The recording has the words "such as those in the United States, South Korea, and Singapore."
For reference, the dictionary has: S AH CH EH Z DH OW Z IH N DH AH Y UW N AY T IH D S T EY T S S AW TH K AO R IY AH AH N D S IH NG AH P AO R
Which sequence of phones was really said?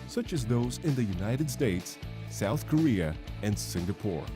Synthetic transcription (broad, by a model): S AH CH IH Z DH OW Z IH N DH AH Y UW N AY T IH D S T EY T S S AW TH K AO R IY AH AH N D S IH NG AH P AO R